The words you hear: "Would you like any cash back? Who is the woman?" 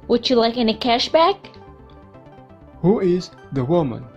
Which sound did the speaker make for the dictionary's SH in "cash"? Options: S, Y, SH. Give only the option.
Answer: SH